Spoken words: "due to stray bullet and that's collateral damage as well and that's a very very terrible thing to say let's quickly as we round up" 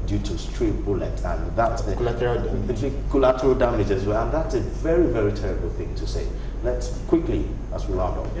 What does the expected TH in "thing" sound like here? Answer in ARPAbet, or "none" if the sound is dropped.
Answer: TH